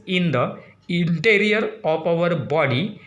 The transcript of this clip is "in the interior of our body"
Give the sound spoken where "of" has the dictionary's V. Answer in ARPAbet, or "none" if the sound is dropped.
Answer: P